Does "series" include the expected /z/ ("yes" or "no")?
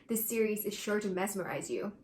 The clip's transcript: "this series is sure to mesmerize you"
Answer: yes